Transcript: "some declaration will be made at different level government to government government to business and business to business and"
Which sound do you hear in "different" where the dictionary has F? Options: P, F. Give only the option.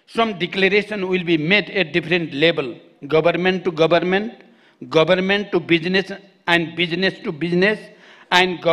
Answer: P